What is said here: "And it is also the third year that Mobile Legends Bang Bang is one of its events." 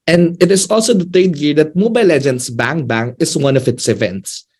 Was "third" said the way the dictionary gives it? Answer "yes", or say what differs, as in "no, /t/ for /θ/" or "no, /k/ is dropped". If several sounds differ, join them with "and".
no, /t/ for /θ/